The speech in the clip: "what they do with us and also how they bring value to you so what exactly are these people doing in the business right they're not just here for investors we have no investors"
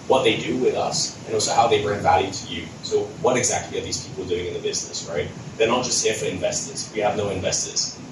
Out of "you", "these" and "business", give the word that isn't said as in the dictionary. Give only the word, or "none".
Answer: none